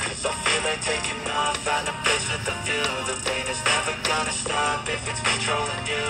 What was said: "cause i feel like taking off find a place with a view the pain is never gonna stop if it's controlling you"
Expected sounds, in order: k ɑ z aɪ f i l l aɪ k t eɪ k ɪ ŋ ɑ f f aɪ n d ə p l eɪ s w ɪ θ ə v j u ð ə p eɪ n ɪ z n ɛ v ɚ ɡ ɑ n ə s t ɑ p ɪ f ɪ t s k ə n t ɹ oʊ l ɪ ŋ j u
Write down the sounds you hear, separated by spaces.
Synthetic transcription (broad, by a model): k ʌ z aɪ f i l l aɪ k t eɪ k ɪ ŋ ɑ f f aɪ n ə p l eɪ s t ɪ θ ə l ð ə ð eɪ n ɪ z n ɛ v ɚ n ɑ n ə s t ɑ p ɪ f ɪ t s k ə n t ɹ oʊ l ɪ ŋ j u